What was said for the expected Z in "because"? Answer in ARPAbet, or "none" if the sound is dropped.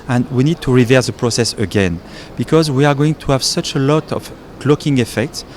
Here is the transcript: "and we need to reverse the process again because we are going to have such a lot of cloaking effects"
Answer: Z